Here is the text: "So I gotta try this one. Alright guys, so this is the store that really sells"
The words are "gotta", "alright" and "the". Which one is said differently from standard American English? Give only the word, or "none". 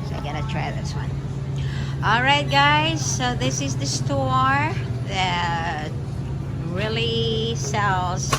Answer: none